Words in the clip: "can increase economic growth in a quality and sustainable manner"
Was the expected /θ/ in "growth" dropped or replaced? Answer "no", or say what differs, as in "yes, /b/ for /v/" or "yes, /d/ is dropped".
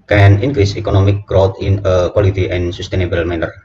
yes, /t/ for /θ/